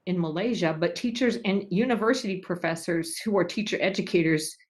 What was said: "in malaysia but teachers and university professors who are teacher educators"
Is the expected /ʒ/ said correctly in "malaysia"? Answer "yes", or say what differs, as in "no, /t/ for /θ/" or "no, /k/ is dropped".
yes